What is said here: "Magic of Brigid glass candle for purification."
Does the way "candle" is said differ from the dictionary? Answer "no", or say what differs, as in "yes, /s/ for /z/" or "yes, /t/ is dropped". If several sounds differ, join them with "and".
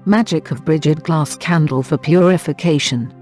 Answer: no